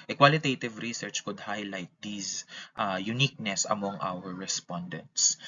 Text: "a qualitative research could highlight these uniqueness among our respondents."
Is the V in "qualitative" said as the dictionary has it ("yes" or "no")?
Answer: yes